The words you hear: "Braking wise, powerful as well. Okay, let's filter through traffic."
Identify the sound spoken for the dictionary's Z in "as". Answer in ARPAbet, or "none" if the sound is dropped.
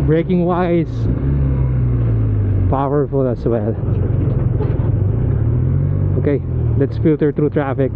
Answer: S